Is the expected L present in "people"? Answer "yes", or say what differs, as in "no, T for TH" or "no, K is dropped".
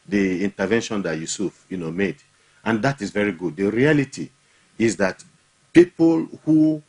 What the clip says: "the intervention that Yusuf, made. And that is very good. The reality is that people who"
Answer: yes